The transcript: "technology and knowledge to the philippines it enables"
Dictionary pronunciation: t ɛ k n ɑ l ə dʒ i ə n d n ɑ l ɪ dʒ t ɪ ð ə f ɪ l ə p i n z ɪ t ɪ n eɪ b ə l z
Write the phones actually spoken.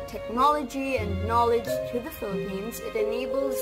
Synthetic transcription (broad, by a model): t ɛ k n ɑ l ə dʒ i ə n n ɑ l ɪ dʒ t ɪ ð ə f ɪ l ə p i n z ɪ t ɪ n eɪ b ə l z